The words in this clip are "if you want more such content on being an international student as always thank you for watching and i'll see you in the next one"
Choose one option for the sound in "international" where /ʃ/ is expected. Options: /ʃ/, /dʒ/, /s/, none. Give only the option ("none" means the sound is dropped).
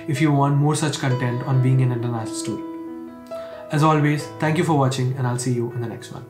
none